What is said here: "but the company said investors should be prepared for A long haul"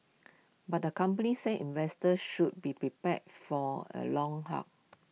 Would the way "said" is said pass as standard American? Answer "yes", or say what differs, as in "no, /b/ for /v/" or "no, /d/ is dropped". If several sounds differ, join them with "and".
no, /d/ is dropped